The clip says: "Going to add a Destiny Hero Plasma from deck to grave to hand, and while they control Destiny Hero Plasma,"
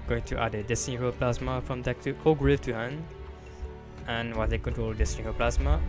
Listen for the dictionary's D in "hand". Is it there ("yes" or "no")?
no